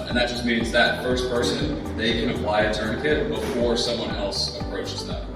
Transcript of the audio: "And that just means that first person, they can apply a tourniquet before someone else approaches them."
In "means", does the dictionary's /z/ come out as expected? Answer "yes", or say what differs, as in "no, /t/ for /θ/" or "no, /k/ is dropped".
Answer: yes